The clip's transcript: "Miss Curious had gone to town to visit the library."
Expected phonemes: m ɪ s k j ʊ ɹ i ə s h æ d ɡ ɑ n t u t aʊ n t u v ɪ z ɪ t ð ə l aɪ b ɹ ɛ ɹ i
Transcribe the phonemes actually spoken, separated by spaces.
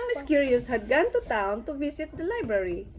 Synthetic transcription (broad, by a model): m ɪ s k j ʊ ɹ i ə s h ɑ d ɡ ɑ n t u t aʊ n t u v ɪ s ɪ t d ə l aɪ b ɹ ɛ ɹ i